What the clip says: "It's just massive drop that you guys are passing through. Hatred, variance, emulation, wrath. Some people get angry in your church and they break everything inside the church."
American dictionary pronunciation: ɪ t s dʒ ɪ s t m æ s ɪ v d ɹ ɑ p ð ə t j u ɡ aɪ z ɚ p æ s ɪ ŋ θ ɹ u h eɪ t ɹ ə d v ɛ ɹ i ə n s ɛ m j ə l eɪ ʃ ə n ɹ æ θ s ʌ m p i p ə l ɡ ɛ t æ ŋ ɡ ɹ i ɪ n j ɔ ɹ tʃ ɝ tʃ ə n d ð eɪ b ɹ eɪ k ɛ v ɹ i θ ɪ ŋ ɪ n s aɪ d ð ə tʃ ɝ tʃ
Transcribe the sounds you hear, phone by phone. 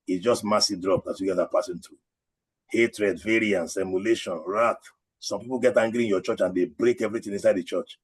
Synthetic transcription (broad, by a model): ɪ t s dʒ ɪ s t m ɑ s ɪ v d ɹ ɑ p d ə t j u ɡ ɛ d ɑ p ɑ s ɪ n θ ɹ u h eɪ t ɹ ə d v ɛ ɹ i ə n s ɛ m j ə l eɪ ʃ ə n ɹ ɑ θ s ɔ m p i p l ɡ ɛ t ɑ ŋ ɡ ɹ i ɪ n j ɔ tʃ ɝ tʃ ə n d eɪ b ɹ eɪ k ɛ v ɹ i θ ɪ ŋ ɪ n s aɪ d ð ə tʃ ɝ tʃ